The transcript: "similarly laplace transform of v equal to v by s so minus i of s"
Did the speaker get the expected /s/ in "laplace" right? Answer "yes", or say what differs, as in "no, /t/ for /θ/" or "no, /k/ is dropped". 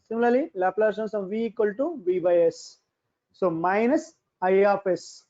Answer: no, /s/ is dropped